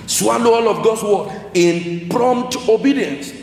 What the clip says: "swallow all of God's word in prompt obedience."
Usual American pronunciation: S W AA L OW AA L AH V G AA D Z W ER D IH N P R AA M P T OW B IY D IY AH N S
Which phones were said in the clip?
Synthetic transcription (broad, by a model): S W AA L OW AA L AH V G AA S W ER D IH N P R AA M P T OW B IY D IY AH N S